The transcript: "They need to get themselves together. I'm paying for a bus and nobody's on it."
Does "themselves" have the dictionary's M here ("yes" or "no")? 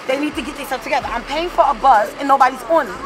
no